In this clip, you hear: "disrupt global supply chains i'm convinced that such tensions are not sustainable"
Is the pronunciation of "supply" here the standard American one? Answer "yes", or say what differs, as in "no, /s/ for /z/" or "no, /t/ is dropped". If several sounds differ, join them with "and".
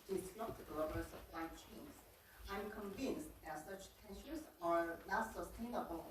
no, /p/ is dropped